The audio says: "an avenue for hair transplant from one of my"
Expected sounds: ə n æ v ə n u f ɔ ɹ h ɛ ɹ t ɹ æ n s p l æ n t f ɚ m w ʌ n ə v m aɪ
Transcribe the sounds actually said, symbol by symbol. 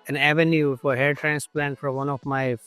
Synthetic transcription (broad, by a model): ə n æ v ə n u f ɔ ɹ h ɛ ɹ t ɹ æ n s p l æ n t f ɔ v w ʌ n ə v m aɪ